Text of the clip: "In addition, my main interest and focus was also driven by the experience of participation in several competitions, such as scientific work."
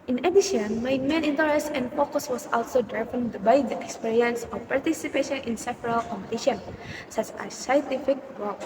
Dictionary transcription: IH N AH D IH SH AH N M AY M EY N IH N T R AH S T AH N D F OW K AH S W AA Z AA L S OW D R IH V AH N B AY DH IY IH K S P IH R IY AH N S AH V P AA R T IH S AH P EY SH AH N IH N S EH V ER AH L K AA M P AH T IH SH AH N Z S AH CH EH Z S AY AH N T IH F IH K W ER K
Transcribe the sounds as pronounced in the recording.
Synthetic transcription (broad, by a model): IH N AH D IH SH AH N M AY M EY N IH N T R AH S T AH N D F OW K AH S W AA S AA L S OW D R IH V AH N B AY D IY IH K S P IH R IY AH N S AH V P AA R T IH S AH P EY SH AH N IH N S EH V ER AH L K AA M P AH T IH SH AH N S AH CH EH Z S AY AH N T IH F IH K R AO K